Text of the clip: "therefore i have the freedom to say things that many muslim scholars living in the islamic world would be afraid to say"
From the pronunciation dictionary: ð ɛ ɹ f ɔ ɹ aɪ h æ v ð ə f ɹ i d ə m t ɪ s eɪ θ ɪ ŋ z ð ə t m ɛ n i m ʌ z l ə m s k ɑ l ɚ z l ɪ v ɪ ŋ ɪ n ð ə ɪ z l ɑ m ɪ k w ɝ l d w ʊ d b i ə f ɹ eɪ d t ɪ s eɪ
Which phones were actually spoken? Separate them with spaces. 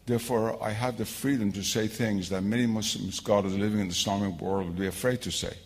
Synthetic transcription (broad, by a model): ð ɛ ɹ f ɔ ɹ aɪ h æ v ð ə f ɹ i d ə m t ɪ s eɪ θ ɪ ŋ z ð ə t m ɛ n i m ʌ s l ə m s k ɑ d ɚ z l ɪ v ɪ ŋ ɪ n ð ə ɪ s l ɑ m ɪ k w ɝ l d w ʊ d b i ə f ɹ eɪ d t ɪ s eɪ